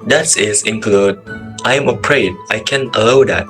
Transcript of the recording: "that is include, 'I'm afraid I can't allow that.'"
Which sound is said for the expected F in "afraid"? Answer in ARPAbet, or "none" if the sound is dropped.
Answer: P